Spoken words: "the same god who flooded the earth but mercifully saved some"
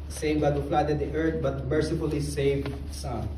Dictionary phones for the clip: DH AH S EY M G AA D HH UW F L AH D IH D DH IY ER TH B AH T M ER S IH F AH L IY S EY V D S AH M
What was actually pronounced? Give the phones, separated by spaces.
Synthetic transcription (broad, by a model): S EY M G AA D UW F L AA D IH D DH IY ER T B AH T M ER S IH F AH L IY S EY V D S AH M